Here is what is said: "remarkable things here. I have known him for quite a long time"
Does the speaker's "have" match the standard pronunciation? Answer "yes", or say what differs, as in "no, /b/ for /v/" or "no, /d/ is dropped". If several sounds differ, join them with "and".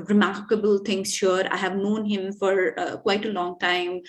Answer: yes